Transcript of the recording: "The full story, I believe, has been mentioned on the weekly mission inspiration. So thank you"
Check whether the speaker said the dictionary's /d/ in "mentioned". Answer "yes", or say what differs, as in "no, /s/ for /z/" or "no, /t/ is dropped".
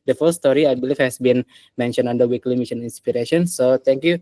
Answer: no, /d/ is dropped